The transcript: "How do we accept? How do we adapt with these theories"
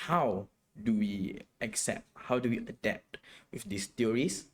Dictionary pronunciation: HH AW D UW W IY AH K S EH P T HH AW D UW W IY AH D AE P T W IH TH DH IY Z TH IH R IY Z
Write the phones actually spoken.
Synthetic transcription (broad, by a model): HH AW D UW W IY AH K S EH P T HH AW D UW W IY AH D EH P T W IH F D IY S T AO R IY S